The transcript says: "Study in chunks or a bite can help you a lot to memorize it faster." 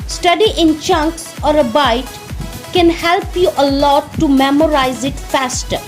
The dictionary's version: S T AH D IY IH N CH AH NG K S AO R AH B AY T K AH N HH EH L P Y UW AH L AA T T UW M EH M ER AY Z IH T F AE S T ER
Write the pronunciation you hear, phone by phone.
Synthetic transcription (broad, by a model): S T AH D IY IH N CH AH NG K S AO R AH B AY T K AH N HH EH L P Y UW AH L AA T T UW M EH M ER AY Z IH T F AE S T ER